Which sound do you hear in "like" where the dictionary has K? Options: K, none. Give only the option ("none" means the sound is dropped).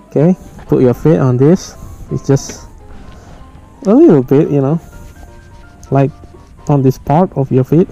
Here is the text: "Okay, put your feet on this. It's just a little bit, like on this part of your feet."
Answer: K